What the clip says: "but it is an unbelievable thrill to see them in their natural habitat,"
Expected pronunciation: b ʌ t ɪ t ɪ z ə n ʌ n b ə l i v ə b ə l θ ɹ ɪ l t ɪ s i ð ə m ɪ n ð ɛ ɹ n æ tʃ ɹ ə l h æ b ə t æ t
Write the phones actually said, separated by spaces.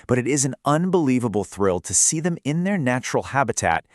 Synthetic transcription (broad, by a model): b ʌ t ɪ t ɪ z n ʌ n b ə l i v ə b l θ ɹ ɪ l t ɪ s i ð ə m ɪ n ð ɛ ɹ n æ tʃ ɹ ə l h æ b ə t æ t